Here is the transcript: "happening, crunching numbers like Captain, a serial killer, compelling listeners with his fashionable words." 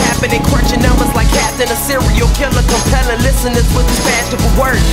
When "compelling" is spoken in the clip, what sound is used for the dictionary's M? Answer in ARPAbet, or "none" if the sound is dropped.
none